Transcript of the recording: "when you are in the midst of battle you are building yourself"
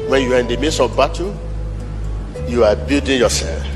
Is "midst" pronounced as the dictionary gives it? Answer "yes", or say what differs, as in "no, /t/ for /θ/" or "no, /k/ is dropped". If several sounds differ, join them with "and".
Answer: no, /t/ is dropped